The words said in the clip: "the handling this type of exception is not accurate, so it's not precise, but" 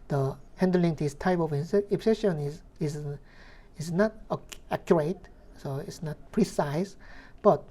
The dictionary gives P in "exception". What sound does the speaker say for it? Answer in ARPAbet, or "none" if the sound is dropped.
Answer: none